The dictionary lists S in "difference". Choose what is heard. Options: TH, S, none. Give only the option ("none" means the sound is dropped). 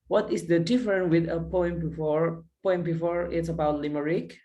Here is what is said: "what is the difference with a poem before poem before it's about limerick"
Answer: none